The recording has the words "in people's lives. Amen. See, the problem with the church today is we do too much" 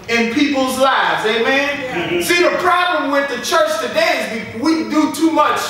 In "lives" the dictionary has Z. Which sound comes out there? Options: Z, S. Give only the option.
Z